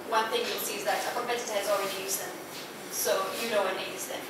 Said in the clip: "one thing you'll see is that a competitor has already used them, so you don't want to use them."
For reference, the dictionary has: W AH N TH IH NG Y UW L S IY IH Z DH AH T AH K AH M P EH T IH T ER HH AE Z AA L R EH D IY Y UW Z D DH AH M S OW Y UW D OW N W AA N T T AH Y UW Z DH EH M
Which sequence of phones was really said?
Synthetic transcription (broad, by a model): W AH N TH IH NG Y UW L S IY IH Z DH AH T AH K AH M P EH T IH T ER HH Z AA L R EH D IY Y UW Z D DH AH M S OW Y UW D OW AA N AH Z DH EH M